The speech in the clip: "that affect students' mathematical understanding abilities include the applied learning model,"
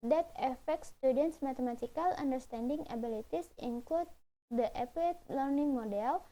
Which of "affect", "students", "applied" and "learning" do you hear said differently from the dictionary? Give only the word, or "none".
applied